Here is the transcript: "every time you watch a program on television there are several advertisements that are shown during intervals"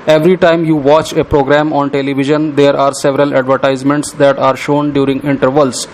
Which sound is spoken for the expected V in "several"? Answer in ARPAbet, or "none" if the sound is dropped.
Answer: V